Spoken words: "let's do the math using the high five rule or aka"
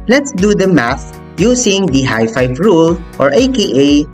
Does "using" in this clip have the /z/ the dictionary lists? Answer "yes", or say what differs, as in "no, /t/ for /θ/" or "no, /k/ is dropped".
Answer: no, /s/ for /z/